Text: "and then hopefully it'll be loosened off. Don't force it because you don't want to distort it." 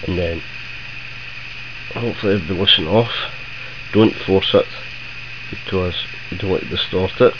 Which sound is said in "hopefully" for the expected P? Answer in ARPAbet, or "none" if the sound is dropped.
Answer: none